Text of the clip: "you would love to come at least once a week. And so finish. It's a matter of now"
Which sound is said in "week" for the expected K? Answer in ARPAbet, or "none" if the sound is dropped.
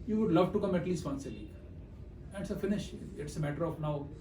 none